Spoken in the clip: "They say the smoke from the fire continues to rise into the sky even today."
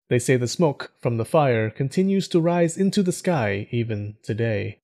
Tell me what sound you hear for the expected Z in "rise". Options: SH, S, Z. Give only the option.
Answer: Z